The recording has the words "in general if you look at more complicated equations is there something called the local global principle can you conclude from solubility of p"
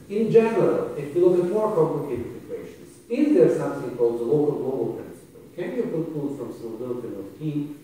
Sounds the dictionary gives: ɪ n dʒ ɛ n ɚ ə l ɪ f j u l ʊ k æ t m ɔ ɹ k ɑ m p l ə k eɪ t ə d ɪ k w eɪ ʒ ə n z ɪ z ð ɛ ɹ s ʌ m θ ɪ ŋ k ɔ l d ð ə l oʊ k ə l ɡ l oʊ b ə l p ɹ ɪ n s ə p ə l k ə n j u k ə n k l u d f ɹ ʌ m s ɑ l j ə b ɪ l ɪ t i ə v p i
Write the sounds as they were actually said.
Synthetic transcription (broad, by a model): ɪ n dʒ ɛ n ɚ ə l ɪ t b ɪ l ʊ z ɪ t m ɔ ɹ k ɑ m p l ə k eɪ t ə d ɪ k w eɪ ʃ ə n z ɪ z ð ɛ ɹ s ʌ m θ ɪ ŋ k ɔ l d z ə l oʊ k ə l ɡ l oʊ b ə l p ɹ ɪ n s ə p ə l k ə n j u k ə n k u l f ɹ ʌ m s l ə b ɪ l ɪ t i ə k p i